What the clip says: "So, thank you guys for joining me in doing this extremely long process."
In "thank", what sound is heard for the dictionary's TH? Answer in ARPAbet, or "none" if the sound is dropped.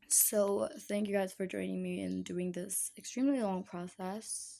TH